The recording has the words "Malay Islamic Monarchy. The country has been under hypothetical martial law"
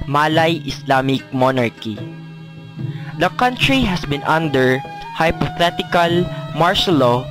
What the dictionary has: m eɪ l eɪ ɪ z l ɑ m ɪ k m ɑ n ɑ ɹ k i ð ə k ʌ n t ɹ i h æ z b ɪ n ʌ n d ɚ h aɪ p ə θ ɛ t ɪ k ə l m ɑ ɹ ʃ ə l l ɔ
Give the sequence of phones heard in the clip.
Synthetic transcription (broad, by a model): m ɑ l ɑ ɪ s l ɑ m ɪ k m ɑ n ɑ ɹ k i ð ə k ʌ n t ɹ i h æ s b ɪ n ʌ n d ɚ h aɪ p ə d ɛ t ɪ k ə l m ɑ ɹ s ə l l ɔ